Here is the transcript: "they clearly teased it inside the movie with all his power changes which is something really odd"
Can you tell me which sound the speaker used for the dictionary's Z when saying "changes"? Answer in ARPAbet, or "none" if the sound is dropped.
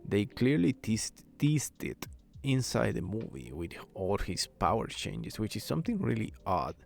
S